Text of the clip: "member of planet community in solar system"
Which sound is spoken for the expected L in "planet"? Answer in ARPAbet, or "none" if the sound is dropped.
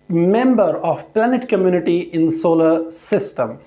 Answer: L